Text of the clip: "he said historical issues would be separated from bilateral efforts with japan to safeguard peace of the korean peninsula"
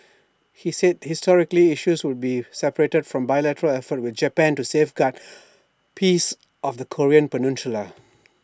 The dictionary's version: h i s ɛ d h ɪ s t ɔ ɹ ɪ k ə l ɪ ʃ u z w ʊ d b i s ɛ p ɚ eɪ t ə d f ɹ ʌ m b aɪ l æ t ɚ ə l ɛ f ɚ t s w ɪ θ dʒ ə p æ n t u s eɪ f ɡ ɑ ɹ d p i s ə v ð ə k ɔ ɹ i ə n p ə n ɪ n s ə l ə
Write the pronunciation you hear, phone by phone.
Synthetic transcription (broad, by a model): h i s ɛ d h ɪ s t ɔ ɹ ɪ k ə l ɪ ʃ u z w ʊ d b i s ɛ p ɚ eɪ t ə d f ɹ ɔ m b aɪ l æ t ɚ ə l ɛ f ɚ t w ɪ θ dʒ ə p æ n t u s eɪ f ɡ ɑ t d p i s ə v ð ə k ɔ ɹ i ə n p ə n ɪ n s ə l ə